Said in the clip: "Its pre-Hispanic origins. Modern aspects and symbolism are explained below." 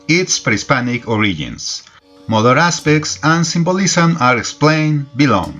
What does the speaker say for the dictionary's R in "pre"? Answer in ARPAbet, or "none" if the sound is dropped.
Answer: R